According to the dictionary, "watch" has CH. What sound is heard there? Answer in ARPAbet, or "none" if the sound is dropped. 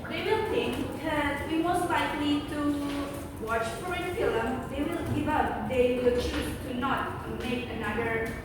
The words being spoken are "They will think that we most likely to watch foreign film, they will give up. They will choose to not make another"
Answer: CH